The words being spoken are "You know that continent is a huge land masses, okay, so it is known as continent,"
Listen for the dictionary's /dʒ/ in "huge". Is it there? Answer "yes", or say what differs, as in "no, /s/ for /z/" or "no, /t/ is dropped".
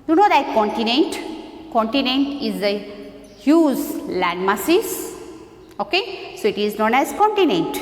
no, /z/ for /dʒ/